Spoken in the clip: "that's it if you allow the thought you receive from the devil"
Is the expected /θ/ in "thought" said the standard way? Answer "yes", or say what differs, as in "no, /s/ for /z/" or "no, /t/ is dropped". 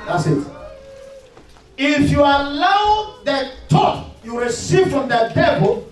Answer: no, /t/ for /θ/